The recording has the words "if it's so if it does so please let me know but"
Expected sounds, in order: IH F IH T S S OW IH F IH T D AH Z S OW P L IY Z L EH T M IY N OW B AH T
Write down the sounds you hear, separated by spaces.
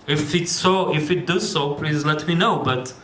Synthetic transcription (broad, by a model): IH F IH T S S OW IH F IH T D AH Z S OW P L IY Z L EH T M IY N OW B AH T